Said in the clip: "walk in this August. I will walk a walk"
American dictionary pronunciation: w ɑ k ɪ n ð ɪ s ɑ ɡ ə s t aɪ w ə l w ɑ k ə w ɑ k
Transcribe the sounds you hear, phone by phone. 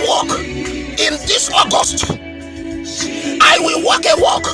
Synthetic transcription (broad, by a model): w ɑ k ɪ n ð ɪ s ɑ ɡ ə s t aɪ w ə l w ɑ k ə w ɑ k